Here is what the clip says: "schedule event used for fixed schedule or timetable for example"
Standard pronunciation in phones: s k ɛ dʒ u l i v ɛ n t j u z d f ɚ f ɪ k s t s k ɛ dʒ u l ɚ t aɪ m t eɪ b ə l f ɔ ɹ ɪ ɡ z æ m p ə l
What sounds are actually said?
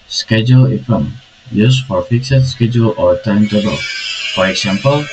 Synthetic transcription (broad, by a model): s k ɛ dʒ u l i f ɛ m j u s f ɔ f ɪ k s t s k ɛ dʒ u l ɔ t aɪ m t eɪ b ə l f ɔ ɹ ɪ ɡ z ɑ m p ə l